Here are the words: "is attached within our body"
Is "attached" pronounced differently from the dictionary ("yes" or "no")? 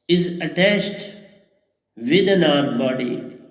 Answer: yes